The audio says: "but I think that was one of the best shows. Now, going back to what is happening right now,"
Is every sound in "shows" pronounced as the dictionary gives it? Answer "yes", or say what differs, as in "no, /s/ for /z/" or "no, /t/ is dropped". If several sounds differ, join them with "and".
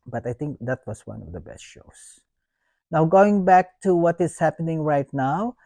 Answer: no, /s/ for /z/